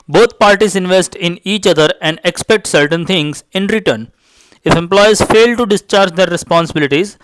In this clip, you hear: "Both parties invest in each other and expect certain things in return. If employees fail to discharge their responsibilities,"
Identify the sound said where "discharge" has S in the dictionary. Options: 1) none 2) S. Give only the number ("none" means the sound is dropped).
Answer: 2